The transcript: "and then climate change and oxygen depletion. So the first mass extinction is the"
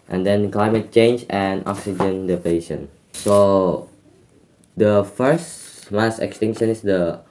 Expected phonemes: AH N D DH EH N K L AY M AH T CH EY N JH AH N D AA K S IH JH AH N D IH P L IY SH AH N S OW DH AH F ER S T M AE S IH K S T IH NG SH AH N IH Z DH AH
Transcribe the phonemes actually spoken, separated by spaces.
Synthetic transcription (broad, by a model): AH N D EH N K L AY M AH T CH EY N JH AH N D AA K S IH JH AH N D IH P IY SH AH N S OW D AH F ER S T M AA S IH K S T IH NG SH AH N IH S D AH